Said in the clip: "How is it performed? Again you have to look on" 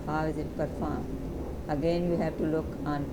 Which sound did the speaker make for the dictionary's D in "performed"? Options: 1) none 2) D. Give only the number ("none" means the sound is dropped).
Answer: 1